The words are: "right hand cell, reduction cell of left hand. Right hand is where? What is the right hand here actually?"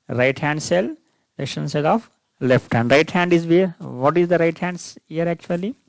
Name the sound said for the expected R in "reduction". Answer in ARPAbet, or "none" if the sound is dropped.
L